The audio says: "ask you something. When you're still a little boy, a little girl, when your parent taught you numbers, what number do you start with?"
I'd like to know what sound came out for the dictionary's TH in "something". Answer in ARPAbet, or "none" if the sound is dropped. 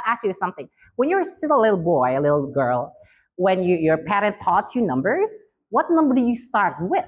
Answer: TH